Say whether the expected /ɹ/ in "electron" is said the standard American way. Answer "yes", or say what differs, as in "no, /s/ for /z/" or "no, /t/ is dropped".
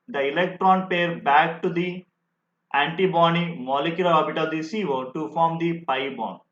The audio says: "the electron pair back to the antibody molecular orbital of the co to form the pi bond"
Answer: yes